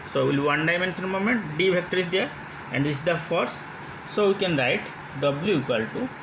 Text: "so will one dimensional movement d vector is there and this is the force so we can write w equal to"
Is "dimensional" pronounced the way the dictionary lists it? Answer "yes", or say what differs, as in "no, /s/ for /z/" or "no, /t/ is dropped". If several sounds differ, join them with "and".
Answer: no, /s/ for /ʃ/